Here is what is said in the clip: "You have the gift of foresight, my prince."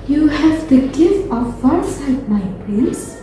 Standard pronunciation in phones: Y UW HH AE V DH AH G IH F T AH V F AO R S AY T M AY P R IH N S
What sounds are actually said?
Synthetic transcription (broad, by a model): Y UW HH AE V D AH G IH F AH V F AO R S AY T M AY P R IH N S